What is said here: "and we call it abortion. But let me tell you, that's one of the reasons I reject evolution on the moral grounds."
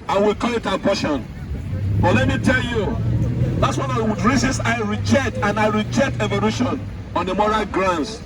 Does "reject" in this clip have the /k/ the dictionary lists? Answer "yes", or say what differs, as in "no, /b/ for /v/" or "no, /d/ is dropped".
yes